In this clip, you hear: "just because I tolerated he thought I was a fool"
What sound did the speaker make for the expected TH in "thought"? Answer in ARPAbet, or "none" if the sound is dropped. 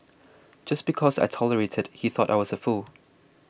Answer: TH